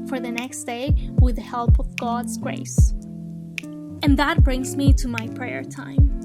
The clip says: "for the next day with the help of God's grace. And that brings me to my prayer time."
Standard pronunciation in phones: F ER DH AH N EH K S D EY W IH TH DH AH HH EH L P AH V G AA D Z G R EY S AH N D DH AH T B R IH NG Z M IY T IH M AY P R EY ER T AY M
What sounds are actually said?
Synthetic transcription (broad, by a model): F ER DH AH N EH K S D EY W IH DH AH HH EH L P AH V G AA D Z G R EY S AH N DH AH T B R IH NG Z M IY T IH M AY P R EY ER T AY M